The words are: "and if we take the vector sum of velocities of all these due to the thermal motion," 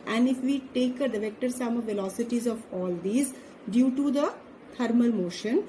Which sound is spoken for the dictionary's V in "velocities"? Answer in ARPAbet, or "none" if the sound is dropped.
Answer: V